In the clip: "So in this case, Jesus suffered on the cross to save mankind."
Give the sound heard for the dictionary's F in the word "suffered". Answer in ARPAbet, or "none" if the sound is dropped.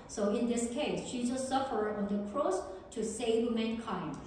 F